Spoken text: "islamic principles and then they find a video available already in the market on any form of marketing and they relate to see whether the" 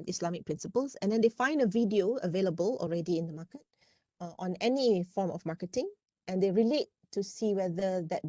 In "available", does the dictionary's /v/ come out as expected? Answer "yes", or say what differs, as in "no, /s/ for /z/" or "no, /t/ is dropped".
yes